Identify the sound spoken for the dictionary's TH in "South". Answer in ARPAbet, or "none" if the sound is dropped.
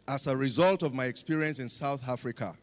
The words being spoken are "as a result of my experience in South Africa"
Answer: TH